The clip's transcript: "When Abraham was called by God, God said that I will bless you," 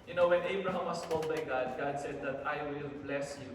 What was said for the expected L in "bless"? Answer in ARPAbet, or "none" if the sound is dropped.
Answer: L